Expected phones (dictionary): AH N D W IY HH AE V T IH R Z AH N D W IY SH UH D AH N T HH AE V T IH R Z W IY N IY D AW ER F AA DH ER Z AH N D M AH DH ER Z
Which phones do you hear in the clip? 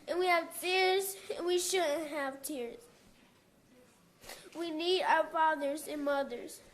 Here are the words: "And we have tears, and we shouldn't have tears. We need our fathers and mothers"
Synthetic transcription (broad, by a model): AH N W IY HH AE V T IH R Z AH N W IY SH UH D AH N T HH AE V T IH R Z W IY N IY D AW ER F AA DH ER Z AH N M AH DH ER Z